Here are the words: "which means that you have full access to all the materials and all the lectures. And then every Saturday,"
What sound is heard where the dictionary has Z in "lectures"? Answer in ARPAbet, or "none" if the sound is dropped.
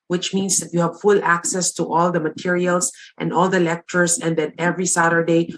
S